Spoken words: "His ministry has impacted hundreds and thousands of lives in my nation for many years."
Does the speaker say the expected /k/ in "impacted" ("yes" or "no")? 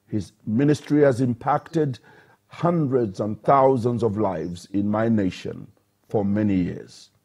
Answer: yes